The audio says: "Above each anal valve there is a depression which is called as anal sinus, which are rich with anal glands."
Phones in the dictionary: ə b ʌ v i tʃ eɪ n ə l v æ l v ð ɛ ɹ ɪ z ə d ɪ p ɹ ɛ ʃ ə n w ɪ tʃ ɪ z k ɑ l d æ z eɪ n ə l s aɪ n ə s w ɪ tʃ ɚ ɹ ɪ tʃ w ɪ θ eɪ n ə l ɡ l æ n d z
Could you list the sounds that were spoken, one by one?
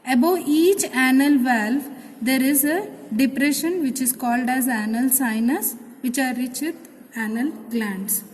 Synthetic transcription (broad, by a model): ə b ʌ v i tʃ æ n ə l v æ l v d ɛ ɹ ɪ z ə d ɪ p ɹ ɛ ʃ ə n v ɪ tʃ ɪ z k ɑ l d æ z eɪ n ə l s aɪ n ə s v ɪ tʃ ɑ ɹ ɪ tʃ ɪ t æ n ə l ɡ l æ n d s